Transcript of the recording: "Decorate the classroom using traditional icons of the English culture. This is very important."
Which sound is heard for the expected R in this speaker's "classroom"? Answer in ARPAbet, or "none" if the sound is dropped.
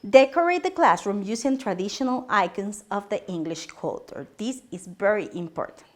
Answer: R